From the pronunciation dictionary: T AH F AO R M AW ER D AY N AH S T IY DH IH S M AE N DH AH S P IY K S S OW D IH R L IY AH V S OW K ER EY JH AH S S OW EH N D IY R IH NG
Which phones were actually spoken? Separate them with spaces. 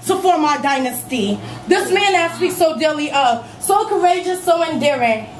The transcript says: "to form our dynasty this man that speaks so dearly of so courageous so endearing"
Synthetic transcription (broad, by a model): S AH P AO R M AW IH D AY N AH S T IY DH IH S M AE N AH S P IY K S S OW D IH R L IY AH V S OW K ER EY JH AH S S OW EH N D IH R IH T